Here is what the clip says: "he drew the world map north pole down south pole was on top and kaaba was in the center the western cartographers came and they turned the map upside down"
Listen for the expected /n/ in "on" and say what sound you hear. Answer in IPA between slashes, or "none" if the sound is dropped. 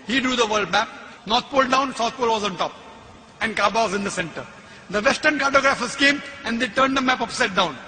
/n/